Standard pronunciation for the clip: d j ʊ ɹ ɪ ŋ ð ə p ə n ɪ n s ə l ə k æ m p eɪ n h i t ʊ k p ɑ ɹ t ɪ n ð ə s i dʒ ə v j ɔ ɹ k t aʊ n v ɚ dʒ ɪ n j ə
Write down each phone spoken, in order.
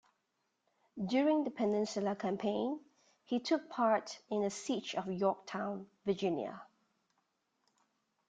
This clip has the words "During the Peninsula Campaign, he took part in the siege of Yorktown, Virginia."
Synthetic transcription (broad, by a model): d j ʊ ɹ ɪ ŋ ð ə p ə n ɪ n s ə l ə k æ m p eɪ n h i t ʊ k p ɑ ɹ t ɪ n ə s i tʃ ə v j ɔ k t aʊ n v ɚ dʒ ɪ n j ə